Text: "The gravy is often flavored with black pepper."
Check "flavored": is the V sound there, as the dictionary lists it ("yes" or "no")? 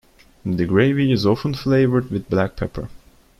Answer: yes